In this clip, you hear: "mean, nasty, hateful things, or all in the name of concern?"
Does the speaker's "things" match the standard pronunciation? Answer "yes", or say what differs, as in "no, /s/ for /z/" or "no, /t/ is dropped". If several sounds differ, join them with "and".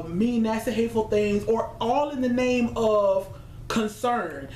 yes